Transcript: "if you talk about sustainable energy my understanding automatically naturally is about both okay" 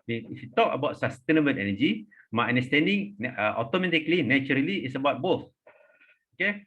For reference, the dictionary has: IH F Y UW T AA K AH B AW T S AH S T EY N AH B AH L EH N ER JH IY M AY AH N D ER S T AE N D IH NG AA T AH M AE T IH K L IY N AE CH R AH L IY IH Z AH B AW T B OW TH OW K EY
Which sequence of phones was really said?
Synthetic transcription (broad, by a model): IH F Y UW T AA K AH B AW T S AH S T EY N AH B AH N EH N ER JH IY M AY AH N D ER S T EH N D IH NG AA T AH M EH T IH K L IY N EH CH R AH L IY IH S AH B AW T B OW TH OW K EY